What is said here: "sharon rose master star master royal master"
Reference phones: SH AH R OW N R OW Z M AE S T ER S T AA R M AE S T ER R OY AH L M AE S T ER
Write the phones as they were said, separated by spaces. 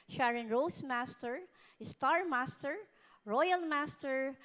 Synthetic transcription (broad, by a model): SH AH R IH N R OW S M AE S T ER S T AA R M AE S T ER R OY AH L M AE S T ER